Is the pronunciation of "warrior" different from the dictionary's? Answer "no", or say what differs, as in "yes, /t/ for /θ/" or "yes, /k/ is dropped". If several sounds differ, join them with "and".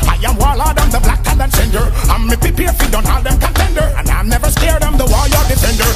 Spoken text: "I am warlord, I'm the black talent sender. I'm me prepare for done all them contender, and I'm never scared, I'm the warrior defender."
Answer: yes, /l/ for /ɹ/